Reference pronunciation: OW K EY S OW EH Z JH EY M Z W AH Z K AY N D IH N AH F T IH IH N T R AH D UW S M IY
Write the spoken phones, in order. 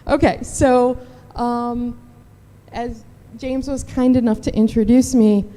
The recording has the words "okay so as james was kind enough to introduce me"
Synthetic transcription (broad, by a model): OW K EY S OW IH Z JH EY M Z W AH Z K AY N D IH N AH F T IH IH N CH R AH D UW S M IY